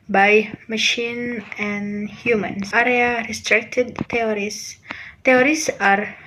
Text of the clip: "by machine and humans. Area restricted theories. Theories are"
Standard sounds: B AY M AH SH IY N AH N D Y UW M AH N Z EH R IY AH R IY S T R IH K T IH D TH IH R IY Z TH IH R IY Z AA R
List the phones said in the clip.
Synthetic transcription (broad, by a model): B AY M AH SH IY N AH N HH Y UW M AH N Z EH R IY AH R IY S T R IH K T IH D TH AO R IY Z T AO R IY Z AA R